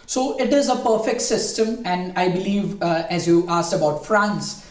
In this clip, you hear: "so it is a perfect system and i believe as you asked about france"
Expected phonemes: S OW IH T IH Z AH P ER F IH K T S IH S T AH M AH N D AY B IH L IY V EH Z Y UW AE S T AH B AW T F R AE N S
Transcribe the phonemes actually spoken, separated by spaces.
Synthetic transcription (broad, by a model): S OW IH T IH Z AH P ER F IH K T S IH S T AH M AH N D AY B IH L IY V EH Z Y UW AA S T AH B AW T F R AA N S